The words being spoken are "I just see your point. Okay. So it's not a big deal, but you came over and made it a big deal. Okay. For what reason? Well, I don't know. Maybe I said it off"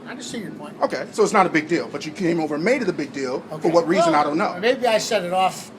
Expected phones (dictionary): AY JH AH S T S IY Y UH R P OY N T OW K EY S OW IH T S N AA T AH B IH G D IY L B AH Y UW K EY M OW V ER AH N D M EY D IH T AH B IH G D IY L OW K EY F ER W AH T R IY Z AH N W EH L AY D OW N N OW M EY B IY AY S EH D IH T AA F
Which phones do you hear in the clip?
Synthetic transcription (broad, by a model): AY JH AH S T S IY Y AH R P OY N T OW K EY S OW IH T S N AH T AH B IH G D IY L B AH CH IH K EY M OW V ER AH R M EY D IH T AH B IH G D IY L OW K F ER W AH T R IY Z AH N AY D OW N N OW M EY B IY AY S EH D IH T AA F